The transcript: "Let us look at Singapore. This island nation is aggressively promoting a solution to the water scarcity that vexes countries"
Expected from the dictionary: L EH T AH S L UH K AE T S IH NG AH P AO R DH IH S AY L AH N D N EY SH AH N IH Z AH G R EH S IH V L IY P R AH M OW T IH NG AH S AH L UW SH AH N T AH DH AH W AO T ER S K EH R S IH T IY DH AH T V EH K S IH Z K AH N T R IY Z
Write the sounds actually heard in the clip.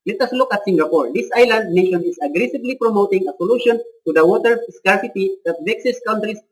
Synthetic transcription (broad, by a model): L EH T AH S L UH K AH T S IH NG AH P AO R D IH S AY L AH N D N EY SH AH N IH S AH G R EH S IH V L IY P R AH M OW T IH NG AH S AH L UW SH AH N T AH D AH W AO T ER S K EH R S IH T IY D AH T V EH K S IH S K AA N T R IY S